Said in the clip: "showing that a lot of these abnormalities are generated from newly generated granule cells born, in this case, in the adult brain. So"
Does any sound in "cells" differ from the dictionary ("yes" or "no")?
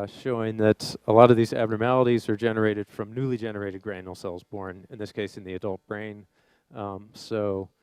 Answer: no